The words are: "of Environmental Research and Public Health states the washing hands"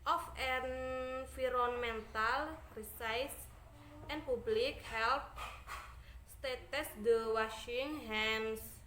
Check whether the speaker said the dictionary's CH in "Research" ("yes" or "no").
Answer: no